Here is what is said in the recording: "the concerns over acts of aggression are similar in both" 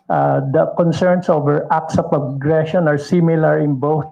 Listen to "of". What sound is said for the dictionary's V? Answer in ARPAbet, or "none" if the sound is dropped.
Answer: P